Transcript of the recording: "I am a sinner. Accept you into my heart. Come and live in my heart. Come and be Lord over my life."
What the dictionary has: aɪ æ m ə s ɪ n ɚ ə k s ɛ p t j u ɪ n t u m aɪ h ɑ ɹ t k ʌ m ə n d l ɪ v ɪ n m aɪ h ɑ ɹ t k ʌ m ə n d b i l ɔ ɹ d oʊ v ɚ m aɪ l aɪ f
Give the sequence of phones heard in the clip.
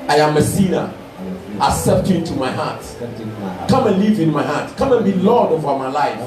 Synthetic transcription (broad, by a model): aɪ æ m ə s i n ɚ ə s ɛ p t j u ɪ n t u m aɪ h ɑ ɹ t k ʌ m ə n l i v ɪ n m aɪ h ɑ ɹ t k ʌ m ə n b i l ɔ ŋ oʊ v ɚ m aɪ l aɪ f